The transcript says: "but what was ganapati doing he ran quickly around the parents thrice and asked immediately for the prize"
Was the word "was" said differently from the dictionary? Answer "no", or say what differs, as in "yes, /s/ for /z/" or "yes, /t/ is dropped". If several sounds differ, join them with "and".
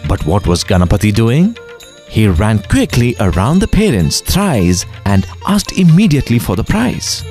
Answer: no